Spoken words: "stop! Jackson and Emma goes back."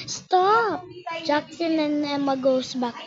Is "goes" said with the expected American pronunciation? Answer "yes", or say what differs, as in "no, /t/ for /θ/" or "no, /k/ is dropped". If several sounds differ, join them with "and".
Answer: no, /s/ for /z/